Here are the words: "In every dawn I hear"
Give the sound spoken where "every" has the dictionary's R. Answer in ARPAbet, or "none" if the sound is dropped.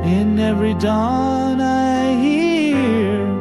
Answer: R